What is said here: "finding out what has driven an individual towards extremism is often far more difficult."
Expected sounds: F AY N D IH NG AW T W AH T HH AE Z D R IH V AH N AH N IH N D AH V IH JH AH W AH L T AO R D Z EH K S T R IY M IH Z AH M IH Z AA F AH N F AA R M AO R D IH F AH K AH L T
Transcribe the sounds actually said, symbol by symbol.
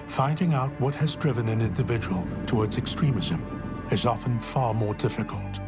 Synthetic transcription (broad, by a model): F AY N D IH NG AW T W AH T HH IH Z D R IH V AH N AH N IH N D AH V IH JH AH W AH L T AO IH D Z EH K S T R IY M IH Z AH M IH Z AA F AH N F AA R M AO R D IH F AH K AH L T